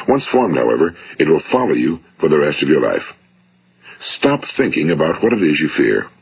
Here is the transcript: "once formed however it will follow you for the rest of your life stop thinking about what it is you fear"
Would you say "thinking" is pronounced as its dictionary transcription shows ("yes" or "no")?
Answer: yes